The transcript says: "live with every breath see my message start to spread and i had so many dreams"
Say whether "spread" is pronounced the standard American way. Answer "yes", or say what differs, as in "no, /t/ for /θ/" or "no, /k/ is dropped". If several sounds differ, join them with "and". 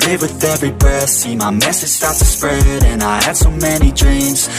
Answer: yes